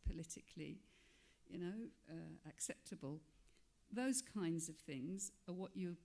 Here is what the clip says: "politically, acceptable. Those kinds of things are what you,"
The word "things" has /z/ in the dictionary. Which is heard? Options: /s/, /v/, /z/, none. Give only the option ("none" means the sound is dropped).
/z/